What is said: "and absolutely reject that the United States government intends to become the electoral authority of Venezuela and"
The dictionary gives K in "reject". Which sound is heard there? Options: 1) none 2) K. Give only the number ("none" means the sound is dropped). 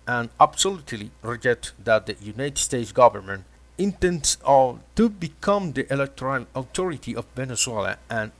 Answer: 1